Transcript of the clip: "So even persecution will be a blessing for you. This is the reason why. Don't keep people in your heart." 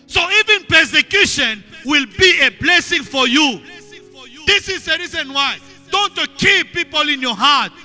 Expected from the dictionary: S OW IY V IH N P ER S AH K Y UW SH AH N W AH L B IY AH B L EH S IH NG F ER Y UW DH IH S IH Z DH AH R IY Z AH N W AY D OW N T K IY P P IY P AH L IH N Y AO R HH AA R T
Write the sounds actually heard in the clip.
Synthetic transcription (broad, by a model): S OW IY V IH N P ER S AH K Y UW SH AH N W AH L B IY AH B L EH S IH NG F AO Y UW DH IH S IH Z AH R IY Z AH N W AY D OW N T K IY P P IY P AH L IH N Y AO HH AA T